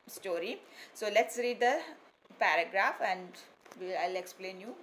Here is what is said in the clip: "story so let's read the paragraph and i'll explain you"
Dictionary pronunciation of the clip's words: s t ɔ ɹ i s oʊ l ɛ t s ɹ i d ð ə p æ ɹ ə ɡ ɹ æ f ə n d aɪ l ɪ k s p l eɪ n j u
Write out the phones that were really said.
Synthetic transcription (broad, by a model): s t ɔ ɹ i s oʊ l ɛ t s ɹ i d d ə p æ ɹ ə ɡ ɹ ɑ f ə n d aɪ l ɪ k s p l eɪ n j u